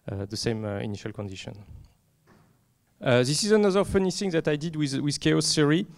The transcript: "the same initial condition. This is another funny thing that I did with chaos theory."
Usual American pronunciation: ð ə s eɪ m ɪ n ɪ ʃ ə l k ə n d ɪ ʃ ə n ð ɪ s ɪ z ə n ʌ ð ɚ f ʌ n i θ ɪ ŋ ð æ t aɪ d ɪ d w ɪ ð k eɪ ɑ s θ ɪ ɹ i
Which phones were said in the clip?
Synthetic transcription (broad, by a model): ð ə s eɪ m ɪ n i ʃ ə l k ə n d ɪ ʃ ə n ð ɪ s ɪ z ə n ʌ ð ɚ f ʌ n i s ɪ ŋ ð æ t aɪ d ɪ d w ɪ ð k eɪ ɑ s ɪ ɹ i